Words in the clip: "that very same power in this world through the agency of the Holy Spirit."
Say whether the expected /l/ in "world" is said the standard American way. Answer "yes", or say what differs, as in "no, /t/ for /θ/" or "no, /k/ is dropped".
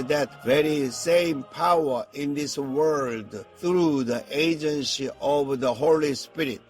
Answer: yes